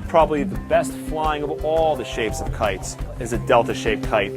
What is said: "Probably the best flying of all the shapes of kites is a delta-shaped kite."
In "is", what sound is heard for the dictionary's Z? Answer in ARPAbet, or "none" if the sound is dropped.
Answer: Z